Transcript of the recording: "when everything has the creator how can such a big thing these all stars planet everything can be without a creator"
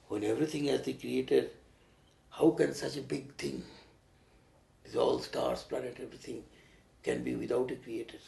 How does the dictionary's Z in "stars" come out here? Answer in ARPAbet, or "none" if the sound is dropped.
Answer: S